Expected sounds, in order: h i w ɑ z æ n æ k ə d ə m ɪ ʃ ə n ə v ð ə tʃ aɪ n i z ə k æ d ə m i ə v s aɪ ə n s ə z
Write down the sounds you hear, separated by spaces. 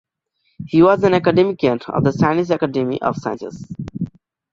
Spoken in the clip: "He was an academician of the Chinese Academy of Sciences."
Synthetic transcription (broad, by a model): h i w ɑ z æ n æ k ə d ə m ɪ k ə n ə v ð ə s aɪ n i s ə k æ d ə m i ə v s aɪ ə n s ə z